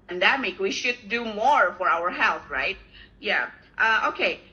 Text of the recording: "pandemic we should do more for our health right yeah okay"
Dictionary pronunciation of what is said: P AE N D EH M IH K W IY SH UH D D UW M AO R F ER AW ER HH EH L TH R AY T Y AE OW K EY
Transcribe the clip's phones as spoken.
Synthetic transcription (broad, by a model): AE N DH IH M IH K W IY SH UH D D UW M AO R F ER AW ER HH EH L TH R AY T Y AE OW K EY